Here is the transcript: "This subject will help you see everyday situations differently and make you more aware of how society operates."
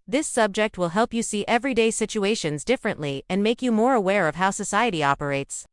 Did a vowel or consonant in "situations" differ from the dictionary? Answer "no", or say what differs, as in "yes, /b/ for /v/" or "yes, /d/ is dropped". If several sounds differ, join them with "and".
no